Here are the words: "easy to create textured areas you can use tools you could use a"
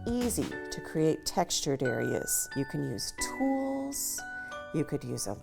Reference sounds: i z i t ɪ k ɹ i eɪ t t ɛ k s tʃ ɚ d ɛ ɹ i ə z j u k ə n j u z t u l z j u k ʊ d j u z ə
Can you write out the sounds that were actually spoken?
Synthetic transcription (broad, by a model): i z i t ɪ k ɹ i eɪ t t ɛ k s tʃ ɚ d ɛ ɹ i ə z j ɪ k ə n j u z t u l z j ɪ k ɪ d j u z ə